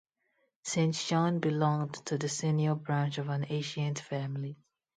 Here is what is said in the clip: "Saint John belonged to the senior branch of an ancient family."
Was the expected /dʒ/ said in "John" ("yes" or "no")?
no